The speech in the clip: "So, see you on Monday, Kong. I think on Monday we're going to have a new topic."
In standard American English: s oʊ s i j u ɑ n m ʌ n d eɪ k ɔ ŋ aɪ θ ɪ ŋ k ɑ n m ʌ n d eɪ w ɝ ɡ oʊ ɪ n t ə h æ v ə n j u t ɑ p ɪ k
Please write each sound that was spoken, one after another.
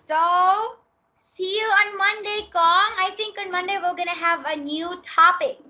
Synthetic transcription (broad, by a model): s oʊ s i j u ɑ n m ʌ n d eɪ k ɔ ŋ aɪ t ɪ ŋ k ɑ n m ʌ n d eɪ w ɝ ɡ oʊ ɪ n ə h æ v ə n j u t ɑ p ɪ k